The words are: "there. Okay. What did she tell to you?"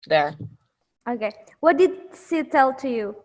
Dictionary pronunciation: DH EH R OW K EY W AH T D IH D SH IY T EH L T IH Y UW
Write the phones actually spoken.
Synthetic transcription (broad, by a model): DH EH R OW K EY W AH T D IH D S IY T EH L T IH Y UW